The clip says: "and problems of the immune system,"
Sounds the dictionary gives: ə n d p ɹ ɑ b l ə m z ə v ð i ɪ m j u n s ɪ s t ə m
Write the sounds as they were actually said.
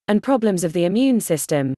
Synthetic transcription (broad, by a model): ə n p ɹ ɑ b l ə m z ə v ð i ɪ m j u n s ɪ s t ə m